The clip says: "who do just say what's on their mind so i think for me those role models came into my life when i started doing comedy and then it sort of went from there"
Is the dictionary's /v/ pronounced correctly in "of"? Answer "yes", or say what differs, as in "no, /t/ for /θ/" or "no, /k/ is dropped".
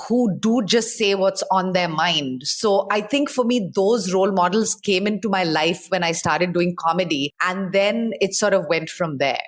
yes